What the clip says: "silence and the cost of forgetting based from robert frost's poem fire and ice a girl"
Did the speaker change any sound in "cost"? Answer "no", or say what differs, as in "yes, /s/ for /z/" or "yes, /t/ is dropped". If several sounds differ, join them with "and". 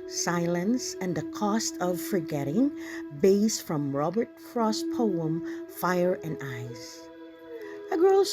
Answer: no